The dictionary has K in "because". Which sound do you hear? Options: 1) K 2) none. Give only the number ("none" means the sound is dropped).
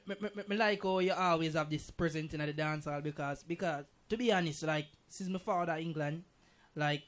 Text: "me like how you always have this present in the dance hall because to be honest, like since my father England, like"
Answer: 1